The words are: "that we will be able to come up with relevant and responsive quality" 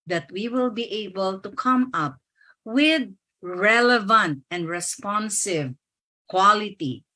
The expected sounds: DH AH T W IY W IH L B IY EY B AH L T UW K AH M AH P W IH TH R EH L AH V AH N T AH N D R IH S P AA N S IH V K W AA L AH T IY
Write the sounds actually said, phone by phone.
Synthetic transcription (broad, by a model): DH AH T W IY W IH L B IY EY B AH L T UW K AH M AH P W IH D R EH L AH V AH N T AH N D R IH S P AA N S IH V K W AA L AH T IY